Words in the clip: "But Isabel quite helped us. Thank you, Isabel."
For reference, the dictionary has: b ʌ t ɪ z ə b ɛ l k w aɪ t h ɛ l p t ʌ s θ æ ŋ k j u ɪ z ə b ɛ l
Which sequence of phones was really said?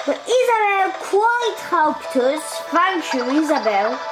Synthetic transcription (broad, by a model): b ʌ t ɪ z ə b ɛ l k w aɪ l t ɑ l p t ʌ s f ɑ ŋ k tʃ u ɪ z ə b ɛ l